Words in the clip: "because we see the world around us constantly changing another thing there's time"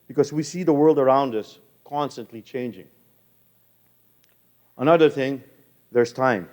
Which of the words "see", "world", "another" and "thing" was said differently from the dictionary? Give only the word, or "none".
none